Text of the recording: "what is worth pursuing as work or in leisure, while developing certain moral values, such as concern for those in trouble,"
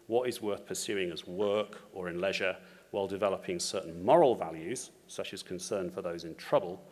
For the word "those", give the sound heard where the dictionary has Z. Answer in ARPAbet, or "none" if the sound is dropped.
Z